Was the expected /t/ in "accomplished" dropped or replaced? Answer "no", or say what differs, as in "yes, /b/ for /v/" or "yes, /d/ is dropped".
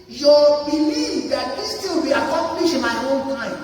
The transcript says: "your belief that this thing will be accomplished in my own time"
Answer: yes, /t/ is dropped